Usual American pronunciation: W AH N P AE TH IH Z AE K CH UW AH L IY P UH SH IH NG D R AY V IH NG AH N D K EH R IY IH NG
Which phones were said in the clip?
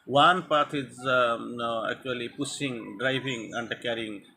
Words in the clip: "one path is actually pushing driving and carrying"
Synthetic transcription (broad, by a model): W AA N P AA T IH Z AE K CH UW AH L IY P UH S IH NG D R AY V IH NG AH N D K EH R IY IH NG